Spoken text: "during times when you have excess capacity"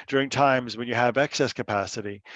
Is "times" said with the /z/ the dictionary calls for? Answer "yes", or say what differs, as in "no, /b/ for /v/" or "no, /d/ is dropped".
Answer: yes